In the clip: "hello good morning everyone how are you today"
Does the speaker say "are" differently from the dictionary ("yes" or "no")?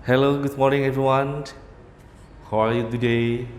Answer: yes